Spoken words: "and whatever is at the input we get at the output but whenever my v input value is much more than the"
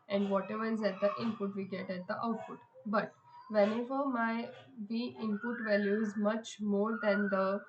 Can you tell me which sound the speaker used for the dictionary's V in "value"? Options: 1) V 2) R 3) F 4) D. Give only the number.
1